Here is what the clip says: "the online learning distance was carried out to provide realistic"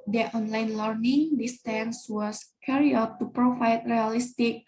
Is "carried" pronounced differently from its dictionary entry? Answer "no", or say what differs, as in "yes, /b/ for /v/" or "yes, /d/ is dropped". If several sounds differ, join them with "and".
yes, /d/ is dropped